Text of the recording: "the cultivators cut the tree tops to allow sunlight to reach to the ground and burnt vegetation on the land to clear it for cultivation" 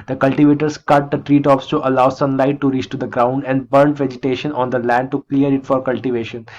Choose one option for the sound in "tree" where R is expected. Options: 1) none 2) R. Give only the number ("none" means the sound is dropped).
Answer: 2